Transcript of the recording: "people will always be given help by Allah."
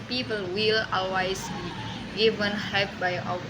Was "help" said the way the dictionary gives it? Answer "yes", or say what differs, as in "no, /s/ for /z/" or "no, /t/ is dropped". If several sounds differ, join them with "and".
no, /l/ is dropped